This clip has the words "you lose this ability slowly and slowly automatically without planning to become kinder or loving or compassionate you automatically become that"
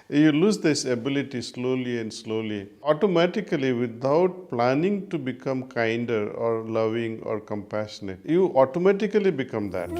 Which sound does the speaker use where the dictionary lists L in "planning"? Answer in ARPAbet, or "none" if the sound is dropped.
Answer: L